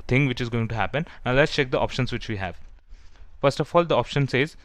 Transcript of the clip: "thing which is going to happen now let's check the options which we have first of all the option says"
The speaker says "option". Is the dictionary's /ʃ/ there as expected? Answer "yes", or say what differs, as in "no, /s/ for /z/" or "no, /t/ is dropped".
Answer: yes